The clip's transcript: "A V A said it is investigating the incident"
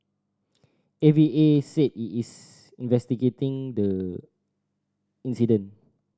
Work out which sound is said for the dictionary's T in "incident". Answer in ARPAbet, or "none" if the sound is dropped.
none